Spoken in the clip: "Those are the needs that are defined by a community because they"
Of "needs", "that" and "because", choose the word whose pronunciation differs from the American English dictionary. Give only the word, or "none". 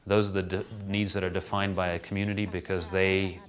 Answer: none